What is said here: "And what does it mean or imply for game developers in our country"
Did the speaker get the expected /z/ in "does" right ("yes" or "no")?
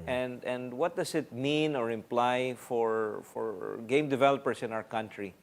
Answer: no